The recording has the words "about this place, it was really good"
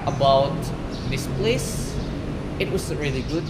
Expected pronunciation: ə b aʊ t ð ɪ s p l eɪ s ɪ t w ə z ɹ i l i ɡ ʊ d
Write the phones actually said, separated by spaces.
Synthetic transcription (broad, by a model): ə b aʊ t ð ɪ s p l eɪ s ɪ t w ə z ɹ i l i ɡ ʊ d